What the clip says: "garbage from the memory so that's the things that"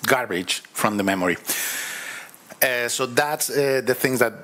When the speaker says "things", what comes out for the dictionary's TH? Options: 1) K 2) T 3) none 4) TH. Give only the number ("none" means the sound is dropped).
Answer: 4